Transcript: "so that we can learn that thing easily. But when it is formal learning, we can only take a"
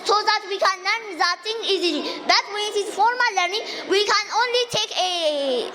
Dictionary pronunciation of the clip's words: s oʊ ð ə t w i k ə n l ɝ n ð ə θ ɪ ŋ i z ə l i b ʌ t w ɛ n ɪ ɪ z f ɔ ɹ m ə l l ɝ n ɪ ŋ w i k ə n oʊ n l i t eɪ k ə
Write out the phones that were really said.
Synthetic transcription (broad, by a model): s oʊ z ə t w i k ə n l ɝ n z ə t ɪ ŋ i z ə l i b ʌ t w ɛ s ɪ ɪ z f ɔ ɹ m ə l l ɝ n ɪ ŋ w i k ə n oʊ n l i t eɪ k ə